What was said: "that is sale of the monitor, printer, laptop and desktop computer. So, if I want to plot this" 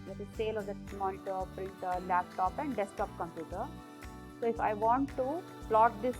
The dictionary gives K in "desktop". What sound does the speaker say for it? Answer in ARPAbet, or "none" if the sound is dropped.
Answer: none